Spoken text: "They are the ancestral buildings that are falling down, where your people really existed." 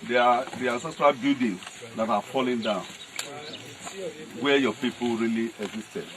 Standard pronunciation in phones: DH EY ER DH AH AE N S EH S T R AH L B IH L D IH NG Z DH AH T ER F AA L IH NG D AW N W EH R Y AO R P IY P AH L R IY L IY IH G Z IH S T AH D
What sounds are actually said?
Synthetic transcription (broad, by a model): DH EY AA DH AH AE S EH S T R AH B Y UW D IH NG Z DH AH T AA F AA L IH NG D AW N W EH Y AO P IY P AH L R IY L IY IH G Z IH S T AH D